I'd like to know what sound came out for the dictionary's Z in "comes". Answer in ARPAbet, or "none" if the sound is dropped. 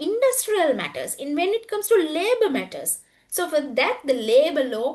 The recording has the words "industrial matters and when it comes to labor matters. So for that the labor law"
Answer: S